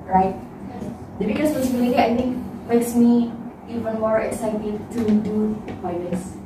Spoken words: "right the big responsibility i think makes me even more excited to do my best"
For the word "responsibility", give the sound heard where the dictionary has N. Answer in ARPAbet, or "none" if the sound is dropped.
none